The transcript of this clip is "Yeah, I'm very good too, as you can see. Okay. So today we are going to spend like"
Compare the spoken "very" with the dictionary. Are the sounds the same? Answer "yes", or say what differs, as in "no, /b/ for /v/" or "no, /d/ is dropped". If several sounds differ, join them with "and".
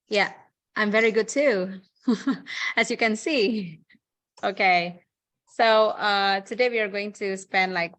yes